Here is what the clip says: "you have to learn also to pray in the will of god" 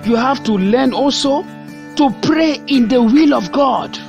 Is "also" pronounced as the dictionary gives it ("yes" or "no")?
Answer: yes